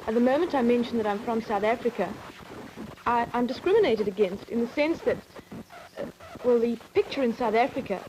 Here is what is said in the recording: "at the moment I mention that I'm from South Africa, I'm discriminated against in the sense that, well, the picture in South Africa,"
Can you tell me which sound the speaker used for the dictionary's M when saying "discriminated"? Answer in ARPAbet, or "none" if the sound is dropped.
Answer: M